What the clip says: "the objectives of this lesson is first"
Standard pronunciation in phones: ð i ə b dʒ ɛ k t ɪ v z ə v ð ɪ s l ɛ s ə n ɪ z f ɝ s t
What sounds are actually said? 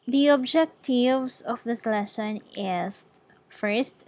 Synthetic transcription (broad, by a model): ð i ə b dʒ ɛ k t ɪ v s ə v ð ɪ s l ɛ ʃ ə n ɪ s f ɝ s t